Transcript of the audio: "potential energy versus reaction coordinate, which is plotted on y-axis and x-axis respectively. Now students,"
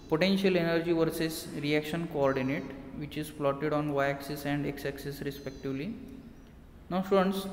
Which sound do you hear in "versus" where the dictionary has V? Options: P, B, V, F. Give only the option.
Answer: V